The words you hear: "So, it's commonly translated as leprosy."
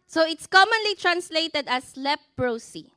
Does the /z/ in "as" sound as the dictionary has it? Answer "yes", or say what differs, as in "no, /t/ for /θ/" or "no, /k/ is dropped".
no, /s/ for /z/